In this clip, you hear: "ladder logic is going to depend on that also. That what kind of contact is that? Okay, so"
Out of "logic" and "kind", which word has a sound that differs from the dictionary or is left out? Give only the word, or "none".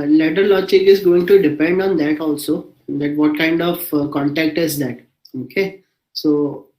logic